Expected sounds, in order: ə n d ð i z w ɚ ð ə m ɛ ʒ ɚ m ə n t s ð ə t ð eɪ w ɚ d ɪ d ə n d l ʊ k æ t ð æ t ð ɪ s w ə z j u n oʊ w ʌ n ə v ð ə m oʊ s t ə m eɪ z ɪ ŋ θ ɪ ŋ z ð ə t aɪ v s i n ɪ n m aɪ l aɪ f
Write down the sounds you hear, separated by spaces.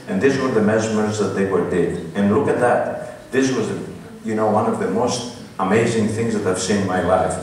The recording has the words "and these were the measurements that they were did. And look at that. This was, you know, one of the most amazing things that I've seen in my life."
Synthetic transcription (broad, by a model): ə n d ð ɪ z w ɚ ð ə m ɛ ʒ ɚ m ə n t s ð ə t ð eɪ w ɚ d ɪ d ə n l ʊ k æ t ð æ t ð ɪ s w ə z j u n oʊ w ʌ n ə v ð ə m oʊ s t ə m eɪ z ɪ ŋ θ ɪ ŋ z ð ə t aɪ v s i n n m aɪ l aɪ f